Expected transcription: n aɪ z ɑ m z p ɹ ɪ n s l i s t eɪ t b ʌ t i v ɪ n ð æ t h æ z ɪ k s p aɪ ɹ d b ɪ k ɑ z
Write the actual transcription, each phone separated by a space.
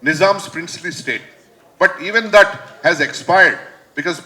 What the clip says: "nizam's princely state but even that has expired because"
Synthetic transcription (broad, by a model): n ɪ z ɑ m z p ɹ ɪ n s l i s t eɪ t b ʌ t i v ɪ n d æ t h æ z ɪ k s p aɪ ɹ d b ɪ k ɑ z